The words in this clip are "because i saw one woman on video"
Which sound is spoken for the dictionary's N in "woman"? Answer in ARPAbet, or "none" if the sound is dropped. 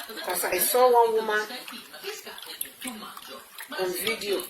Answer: none